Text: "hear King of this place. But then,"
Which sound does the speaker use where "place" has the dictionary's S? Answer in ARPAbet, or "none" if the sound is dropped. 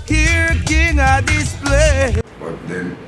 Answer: none